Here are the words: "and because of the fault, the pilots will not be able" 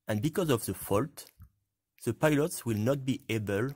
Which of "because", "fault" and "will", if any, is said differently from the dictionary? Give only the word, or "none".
none